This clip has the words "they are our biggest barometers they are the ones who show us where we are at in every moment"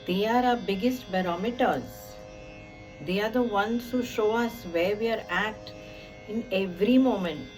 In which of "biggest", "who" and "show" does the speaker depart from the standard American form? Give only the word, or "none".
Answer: none